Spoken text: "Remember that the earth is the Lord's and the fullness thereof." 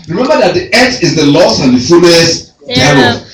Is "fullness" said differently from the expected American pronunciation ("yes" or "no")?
yes